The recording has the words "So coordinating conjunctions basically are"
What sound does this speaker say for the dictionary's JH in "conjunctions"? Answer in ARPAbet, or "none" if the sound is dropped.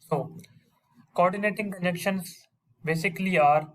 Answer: none